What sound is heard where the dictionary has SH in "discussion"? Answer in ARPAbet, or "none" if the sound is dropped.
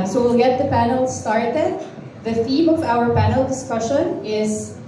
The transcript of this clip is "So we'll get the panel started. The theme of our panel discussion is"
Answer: SH